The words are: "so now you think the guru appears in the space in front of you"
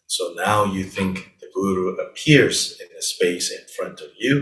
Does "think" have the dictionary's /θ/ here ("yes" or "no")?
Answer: yes